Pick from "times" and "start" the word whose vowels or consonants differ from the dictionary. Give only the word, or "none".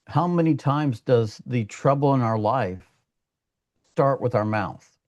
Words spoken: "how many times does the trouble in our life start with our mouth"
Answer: none